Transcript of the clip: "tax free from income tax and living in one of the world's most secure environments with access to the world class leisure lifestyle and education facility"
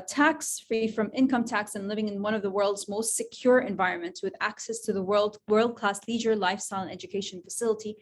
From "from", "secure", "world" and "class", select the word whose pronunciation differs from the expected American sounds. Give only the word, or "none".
none